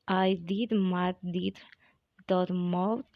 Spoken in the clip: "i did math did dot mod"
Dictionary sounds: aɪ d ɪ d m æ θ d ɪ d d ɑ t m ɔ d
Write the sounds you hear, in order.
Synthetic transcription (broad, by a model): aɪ d ɪ d m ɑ t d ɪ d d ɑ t m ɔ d